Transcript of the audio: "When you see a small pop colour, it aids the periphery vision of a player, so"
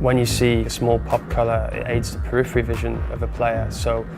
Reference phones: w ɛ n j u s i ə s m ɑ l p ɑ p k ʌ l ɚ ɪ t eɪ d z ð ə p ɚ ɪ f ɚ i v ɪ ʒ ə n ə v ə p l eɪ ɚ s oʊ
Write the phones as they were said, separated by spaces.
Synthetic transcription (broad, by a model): w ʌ n j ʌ s i ə s m ɑ l p ɑ p k ʌ l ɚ ɪ t eɪ d z ð ə p ɚ ɪ f ɚ i v ɪ ʒ ə n ə v ə p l eɪ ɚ s oʊ